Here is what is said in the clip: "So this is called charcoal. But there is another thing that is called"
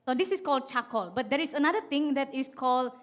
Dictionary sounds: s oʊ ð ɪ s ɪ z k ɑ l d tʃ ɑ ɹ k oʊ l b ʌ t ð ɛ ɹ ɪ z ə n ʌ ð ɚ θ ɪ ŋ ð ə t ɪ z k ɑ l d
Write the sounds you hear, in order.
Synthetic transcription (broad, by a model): s oʊ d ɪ s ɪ s k ɑ l d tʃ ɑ k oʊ l b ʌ t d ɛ ɹ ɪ s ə n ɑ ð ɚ t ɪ ŋ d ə t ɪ s k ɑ l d